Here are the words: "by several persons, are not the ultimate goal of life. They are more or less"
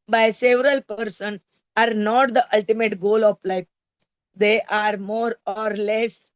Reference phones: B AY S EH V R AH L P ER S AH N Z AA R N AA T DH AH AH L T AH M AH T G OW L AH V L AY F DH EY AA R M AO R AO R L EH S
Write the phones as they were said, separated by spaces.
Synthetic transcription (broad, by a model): B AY S EH V R AH L P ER S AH N AA R N AA T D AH AH L T AH M AH T G OW L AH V L AY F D EY AA R M AO R AO R L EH S